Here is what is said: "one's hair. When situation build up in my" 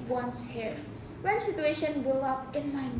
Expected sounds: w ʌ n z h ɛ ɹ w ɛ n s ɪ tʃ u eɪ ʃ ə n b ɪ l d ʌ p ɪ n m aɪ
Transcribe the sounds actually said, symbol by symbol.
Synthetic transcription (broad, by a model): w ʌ n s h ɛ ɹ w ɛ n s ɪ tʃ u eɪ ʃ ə n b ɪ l ʌ p ɪ n m aɪ